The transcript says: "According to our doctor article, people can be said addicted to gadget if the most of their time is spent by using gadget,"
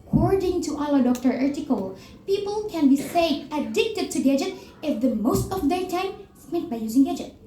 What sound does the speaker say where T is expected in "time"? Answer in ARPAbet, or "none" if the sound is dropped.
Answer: T